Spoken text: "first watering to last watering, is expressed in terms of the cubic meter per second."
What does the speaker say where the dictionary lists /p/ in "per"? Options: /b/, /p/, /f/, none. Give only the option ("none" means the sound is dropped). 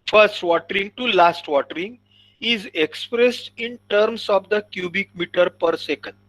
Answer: /p/